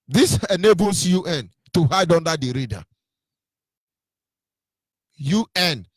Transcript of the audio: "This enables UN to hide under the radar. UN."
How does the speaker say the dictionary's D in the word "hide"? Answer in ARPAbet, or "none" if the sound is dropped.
D